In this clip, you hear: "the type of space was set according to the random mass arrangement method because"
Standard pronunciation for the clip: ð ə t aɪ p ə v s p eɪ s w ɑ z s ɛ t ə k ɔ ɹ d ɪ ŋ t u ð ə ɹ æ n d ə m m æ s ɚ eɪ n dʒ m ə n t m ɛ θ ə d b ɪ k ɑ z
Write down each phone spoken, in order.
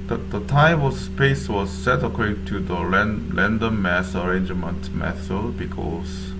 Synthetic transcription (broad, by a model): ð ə t aɪ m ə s s p eɪ s w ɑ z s ɛ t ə k ɔ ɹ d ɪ ŋ t u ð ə l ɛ n d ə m m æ s ɚ eɪ n dʒ m ə n t m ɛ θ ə b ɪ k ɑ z